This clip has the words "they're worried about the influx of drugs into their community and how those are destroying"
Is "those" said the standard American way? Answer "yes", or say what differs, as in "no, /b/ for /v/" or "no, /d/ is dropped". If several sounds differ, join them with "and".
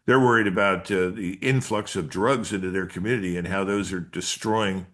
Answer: yes